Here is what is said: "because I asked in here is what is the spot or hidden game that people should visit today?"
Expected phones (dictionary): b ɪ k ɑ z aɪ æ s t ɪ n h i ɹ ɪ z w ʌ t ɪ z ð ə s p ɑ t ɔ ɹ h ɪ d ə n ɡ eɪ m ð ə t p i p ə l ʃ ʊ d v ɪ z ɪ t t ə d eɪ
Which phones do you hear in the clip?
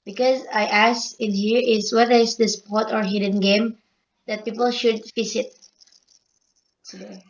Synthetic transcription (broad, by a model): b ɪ k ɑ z aɪ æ s ɪ n h i ɹ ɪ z w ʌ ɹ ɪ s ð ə s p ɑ t ɔ ɹ h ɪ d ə n ɡ eɪ m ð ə t p i p ə l ʃ ʊ d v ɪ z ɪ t t